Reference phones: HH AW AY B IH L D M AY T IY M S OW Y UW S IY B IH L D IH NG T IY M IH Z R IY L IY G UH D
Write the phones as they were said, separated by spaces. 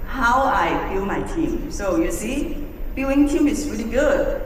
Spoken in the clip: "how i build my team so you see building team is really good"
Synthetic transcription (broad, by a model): HH AW AY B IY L M AY T IY M S OW Y UW S IY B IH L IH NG T IY M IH S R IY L IY G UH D